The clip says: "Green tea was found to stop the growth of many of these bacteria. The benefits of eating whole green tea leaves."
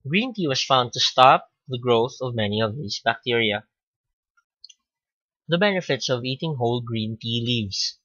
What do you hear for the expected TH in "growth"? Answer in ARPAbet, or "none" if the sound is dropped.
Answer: TH